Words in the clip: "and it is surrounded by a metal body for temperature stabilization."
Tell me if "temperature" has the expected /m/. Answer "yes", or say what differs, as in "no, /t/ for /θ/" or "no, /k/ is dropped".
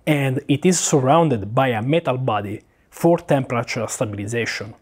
yes